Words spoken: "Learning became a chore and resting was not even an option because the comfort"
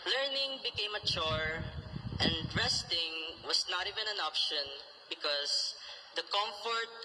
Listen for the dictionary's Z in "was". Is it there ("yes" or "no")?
no